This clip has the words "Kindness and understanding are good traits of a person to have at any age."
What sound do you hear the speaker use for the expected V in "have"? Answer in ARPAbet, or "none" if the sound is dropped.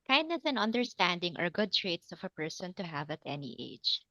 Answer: V